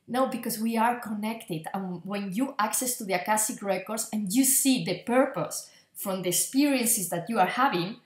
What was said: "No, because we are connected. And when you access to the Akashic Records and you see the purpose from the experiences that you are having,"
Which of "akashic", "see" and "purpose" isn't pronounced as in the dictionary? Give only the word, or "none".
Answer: akashic